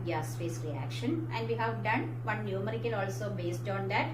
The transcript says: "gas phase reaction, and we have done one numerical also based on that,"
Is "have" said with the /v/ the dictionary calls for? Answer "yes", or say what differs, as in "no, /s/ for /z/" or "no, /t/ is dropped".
yes